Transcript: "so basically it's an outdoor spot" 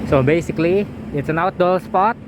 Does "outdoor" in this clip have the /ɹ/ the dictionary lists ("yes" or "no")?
no